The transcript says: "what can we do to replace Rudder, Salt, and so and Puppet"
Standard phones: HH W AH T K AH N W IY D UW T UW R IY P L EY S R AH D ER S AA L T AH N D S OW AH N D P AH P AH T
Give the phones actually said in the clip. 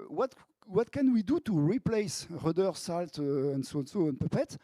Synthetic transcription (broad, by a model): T W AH T K AH N W IY D UW T UW R IY P L EY S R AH D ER S AA L T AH N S S OW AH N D P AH P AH T